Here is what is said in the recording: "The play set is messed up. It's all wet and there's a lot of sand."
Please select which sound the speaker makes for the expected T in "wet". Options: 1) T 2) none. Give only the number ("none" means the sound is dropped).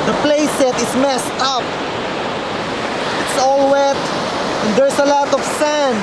1